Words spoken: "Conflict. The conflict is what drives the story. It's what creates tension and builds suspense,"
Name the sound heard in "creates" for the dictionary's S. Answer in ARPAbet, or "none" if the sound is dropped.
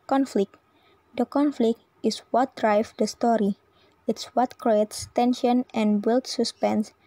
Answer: S